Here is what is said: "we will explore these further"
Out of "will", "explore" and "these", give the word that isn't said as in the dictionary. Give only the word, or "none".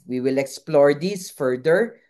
these